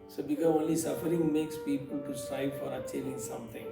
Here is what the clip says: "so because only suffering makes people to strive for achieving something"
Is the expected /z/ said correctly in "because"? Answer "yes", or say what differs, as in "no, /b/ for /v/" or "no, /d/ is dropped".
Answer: no, /z/ is dropped